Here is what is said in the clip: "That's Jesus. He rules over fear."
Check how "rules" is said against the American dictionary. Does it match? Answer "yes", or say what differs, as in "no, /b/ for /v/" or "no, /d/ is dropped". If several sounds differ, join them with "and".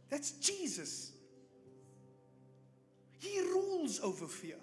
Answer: yes